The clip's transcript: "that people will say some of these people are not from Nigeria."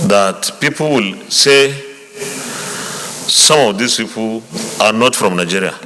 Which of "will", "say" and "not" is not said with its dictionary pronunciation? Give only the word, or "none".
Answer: none